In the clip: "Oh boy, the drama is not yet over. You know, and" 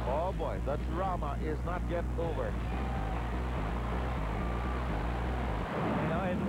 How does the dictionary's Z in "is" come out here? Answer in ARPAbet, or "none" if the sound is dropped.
Z